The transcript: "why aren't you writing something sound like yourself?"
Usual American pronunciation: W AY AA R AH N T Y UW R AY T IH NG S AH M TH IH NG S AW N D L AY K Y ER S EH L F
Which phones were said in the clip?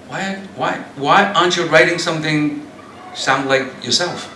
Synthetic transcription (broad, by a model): W AY AA W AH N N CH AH R AY T IH NG S AH M TH IH NG S AW N D L AY K Y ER S EH L F